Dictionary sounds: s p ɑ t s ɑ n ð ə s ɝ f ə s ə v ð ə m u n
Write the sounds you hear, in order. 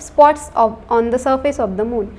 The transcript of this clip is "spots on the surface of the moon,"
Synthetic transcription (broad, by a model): s p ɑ t s ɑ n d ə s ɝ f ə s ə v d ə m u n